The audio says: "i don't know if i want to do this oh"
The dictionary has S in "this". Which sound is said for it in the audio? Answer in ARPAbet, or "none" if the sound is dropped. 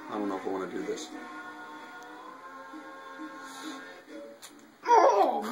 S